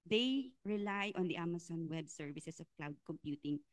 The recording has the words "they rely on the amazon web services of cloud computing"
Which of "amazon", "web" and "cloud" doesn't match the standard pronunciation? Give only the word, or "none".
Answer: amazon